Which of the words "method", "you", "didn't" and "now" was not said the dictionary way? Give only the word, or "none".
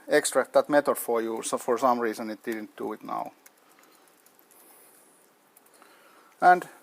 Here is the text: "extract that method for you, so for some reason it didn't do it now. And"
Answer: method